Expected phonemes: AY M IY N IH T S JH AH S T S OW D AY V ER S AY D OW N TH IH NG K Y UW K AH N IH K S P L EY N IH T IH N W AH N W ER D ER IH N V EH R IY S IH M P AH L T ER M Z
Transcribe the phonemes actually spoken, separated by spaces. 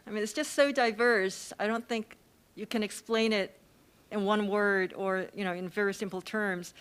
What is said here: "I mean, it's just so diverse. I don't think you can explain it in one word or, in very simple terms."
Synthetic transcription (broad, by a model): AY M IY N IH T S JH AH S T S OW D AY V ER S AY D OW N TH IH NG K Y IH K AH N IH K S P L EY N IH T IH N W AH N W ER D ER IH N V EH R IY S IH M P L T ER M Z